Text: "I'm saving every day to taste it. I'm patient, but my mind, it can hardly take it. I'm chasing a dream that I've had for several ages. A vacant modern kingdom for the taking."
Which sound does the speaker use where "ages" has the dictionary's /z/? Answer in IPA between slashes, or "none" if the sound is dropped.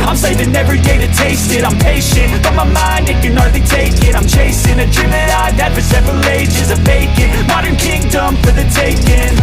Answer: /z/